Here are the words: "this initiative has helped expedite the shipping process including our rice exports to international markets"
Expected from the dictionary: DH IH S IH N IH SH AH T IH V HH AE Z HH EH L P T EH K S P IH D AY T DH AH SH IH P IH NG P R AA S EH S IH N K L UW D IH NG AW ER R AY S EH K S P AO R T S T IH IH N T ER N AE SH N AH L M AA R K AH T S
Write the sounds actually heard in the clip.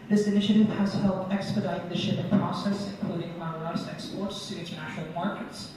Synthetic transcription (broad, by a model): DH IH S IH N IH SH AH T IH V HH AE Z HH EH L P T EH K S P IH D AY T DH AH SH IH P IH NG P R AA S EH S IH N K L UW D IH NG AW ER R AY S EH K S P AO R T S T IH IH N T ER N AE SH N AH L M AA R K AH T S